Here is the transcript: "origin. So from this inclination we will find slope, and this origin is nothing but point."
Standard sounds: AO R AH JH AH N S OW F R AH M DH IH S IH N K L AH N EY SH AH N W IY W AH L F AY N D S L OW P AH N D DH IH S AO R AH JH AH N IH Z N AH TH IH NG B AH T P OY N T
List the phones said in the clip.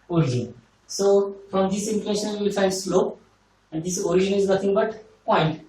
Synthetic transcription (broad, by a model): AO R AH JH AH N S OW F R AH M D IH S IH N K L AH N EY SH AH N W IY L F AY N D S L OW P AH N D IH S AO R AH JH AH N IH Z N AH T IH NG B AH T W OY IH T